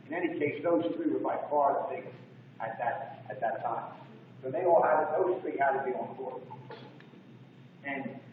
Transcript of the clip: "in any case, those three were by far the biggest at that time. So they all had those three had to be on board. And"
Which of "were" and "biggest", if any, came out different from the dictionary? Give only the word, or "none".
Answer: biggest